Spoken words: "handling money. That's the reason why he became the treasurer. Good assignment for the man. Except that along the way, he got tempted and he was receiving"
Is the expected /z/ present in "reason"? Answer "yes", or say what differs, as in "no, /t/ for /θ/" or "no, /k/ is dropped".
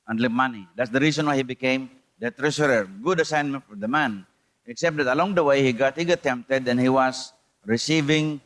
no, /s/ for /z/